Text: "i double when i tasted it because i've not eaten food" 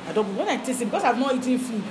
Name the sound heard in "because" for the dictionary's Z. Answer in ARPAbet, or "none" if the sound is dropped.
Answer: S